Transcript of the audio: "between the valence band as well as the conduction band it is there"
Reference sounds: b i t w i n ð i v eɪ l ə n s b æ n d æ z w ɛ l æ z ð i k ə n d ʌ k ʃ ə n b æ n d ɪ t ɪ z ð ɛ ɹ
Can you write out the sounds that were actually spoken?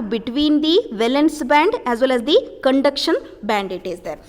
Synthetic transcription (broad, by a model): b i t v i n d i v eɪ l ə n s b æ n d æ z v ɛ l æ z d i k ə n d ʌ k ʃ ə n b æ n d ɪ t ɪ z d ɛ ɹ